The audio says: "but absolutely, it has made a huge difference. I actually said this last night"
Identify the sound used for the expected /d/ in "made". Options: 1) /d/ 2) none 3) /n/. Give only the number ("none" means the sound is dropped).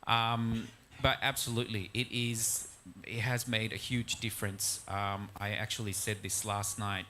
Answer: 1